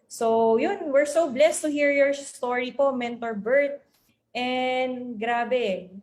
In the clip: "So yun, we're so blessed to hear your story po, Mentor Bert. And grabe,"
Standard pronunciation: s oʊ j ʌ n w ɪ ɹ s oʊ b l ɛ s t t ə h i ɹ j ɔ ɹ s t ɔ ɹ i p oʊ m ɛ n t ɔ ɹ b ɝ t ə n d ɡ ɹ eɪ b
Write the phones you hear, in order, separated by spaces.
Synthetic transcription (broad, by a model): s oʊ j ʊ n w ɪ ɹ s oʊ b l ɛ s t t ə h i ɹ j ɔ ɹ s t ɔ ɹ i p oʊ m ɛ n t ɔ ɹ b ɝ t ə n d ɡ ɹ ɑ b